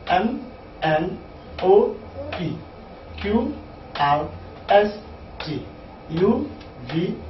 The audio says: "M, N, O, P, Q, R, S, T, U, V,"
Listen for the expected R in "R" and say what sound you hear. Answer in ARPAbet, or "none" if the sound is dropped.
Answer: W